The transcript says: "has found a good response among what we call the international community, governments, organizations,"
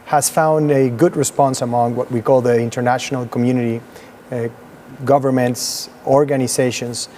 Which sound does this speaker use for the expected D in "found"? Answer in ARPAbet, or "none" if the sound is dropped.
D